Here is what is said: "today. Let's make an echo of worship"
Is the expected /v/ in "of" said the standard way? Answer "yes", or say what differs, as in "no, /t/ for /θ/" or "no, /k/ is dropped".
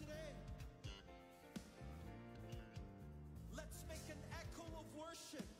yes